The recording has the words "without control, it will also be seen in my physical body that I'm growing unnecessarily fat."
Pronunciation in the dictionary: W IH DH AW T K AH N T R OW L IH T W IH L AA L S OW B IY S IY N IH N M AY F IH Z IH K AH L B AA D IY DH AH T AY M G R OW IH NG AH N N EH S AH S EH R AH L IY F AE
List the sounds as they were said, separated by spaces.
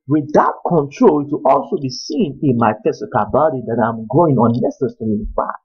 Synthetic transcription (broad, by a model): W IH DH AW T K AH N T R OW L IH T W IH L AA L S OW B IY S IY N IH N M AY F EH S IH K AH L B AA D IY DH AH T AY M G OW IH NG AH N N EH S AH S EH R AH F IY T